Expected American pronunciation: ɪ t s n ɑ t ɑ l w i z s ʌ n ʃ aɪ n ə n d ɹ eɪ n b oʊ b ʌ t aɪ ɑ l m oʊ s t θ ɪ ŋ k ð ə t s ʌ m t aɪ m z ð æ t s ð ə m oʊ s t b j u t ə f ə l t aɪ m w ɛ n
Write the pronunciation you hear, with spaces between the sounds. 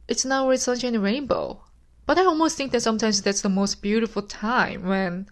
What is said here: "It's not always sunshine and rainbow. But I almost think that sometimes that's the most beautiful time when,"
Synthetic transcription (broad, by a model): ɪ t s n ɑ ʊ w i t s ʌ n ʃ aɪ ə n ɹ eɪ n b oʊ b ʌ t aɪ ɑ l m oʊ s t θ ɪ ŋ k ð ə t s ʌ m t aɪ m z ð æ t s ð ə m oʊ s t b j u t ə f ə l t aɪ m w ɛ n